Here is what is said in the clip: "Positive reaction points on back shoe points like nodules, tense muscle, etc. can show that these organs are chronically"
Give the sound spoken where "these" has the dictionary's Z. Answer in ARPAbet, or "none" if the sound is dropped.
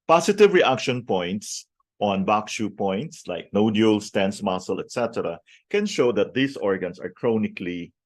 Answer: S